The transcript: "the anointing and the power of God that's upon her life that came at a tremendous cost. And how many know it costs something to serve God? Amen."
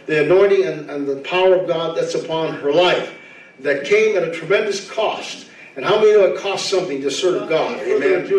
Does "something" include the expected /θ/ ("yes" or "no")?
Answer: yes